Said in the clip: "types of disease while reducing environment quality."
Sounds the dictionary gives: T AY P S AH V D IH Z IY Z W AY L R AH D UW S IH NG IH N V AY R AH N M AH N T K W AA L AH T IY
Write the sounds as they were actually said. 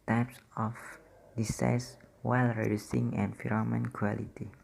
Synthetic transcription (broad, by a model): T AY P S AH F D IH S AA S W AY L R AH D UW S IH NG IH N F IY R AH M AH N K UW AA L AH T IY